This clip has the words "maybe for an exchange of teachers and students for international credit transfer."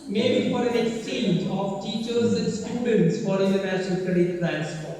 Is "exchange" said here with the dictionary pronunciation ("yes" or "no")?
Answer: yes